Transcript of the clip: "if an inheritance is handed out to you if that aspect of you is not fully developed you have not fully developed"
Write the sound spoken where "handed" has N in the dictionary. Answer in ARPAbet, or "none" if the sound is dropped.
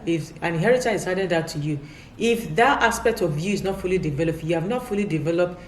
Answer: none